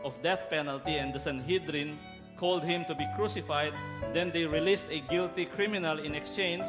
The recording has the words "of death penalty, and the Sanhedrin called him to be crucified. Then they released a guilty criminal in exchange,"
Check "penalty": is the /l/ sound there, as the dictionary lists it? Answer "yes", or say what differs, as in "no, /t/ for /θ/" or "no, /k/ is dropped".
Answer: yes